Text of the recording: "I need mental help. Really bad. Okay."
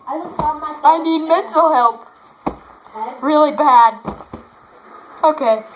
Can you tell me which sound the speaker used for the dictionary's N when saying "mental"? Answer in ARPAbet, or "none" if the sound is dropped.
none